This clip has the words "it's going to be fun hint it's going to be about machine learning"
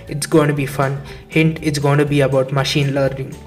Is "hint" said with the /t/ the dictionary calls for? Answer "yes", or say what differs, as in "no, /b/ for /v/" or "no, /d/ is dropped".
yes